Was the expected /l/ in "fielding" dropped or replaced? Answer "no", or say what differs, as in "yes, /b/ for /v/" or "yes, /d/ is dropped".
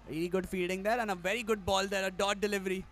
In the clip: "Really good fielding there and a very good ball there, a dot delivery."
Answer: yes, /l/ is dropped